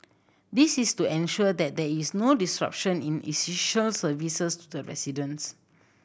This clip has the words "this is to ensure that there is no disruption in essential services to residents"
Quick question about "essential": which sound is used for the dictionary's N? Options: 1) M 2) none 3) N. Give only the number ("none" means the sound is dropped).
2